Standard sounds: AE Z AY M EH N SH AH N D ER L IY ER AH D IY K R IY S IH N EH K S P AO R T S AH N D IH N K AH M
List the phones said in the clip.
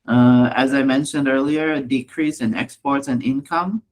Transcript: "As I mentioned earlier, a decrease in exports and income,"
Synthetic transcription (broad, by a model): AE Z AY M EH N SH AH N D ER L IY ER D IY K R IY S IH N EH K S P AO R T S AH N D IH N K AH M